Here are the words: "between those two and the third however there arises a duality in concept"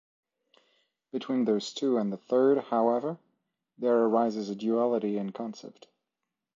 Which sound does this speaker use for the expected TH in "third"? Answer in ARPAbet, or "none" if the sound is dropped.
TH